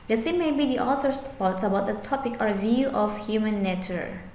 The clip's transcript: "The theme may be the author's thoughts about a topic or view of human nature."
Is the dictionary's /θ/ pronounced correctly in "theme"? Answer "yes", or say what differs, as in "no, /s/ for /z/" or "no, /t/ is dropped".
no, /s/ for /θ/